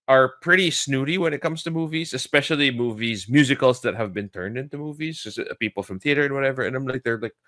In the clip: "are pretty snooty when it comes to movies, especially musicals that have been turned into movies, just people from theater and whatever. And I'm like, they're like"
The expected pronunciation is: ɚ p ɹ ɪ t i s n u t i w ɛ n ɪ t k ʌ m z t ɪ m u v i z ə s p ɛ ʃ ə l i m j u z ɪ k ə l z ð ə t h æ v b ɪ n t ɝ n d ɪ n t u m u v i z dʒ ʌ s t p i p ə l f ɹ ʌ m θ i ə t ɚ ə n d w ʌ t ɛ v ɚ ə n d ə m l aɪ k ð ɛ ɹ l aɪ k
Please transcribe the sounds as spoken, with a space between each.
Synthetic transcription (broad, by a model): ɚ p ɹ ɪ t i s n u t i w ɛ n ɪ t k ʌ m z t ɪ m u v i z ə s p ɛ ʃ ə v i m j u z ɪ k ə l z ð ə t h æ v b ɪ n t ɝ n d ɪ n t u m u v i z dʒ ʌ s p i p l f ɹ ʌ m θ i ə t ɚ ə n w ʌ t ɛ v ɚ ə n ə m l aɪ k ð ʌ ɹ l aɪ k